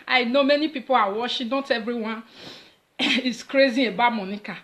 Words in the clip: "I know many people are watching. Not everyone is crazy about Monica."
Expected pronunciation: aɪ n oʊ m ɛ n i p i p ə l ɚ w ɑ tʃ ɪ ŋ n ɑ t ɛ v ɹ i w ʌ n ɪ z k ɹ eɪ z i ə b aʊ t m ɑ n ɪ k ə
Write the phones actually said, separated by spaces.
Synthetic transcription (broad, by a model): aɪ n oʊ m ɛ n i p i p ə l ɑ w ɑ ʃ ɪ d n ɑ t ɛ v ɹ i w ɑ n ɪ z k ɹ eɪ z i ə b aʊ m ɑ n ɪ k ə